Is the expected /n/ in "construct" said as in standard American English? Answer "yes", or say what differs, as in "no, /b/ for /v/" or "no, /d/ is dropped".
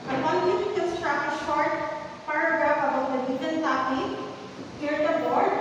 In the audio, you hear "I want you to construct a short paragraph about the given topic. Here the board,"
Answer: no, /n/ is dropped